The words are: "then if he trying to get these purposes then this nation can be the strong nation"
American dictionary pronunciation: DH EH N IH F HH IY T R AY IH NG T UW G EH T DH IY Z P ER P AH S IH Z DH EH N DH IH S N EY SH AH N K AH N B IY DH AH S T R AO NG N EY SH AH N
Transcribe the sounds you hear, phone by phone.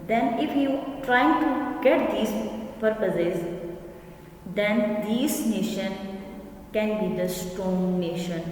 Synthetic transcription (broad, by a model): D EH N IH F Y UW T R AY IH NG T UW G EH T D IY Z P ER P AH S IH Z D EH N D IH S N EY SH AH N K AH N B IY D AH S T AO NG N EY SH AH N